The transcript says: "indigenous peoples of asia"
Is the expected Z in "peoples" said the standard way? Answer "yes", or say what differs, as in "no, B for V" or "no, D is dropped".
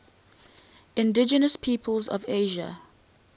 yes